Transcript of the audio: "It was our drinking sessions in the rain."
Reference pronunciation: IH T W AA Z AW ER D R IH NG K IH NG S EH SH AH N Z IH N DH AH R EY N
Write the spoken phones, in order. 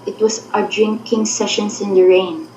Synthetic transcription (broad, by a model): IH T W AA S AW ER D R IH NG K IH NG S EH SH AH N S IH N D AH R EY N